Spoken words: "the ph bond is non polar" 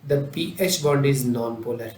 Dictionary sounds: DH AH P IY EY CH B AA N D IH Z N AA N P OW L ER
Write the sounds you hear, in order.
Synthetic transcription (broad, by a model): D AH P IY EY CH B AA D IH Z N AA N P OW L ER